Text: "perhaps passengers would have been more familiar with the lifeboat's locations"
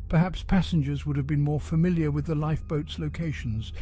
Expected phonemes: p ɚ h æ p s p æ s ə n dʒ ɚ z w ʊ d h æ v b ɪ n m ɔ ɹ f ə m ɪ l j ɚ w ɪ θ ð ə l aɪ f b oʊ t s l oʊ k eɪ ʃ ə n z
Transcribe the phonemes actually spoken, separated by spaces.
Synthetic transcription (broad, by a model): p ɚ h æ p s p æ s ə n dʒ ɚ z w ʊ d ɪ v b ɪ n m ɔ ɹ f ə m ɪ l j ɚ w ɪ ð ə l aɪ f b oʊ t s l oʊ k eɪ ʃ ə n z